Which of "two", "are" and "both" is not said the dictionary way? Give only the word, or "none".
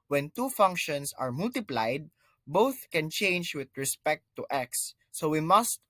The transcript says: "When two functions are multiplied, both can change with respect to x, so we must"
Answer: none